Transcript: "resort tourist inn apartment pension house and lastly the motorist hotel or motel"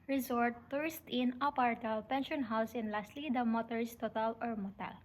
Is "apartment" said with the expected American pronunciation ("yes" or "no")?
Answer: no